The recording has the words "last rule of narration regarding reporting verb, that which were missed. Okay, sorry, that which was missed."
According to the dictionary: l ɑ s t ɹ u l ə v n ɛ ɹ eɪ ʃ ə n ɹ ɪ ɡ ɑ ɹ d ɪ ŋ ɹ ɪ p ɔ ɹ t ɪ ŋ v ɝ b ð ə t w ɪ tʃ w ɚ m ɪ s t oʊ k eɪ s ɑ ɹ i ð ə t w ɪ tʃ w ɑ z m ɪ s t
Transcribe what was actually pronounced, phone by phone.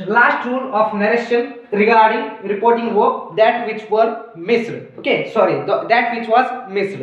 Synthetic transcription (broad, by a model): l ɑ s t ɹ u n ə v n ɛ ɹ eɪ ʃ ə n ɹ ɪ ɡ ɑ ɹ d ɪ ŋ ɹ ɪ p ɔ ɹ t ɪ ŋ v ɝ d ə t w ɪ tʃ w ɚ m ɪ s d oʊ k eɪ s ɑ ɹ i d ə t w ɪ tʃ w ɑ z m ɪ s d